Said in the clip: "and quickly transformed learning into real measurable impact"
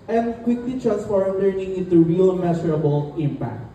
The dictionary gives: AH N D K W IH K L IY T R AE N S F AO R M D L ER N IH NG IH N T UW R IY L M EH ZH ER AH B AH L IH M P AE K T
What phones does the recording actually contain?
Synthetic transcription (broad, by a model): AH N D K W IH K L IY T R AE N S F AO R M L ER N IH NG IH N T UW R IY L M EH S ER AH B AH L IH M P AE K T